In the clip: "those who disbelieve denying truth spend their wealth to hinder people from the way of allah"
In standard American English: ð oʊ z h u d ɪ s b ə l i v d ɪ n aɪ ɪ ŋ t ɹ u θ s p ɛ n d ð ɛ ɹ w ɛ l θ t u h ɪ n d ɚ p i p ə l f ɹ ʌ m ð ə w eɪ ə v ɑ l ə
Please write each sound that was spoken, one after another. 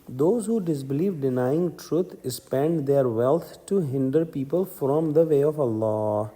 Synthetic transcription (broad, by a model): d oʊ z h u d ɪ s b ə l i v d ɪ n aɪ ɪ ŋ t ɹ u t s p ɛ n d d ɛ ɹ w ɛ l t t u h ɪ n d ɚ p i p ə l f ɹ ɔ m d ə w eɪ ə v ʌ l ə